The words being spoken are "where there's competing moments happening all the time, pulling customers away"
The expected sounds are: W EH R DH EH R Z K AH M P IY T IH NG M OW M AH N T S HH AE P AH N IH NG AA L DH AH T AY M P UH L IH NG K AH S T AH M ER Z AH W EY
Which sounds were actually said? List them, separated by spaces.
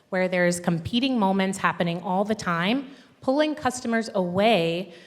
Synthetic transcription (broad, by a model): W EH R DH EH R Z K AH M P IY T IH NG M OW M AH N T S HH AE P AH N IH NG AA L DH AH T AY M P UH L IH NG K AH S T AH M ER Z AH W EY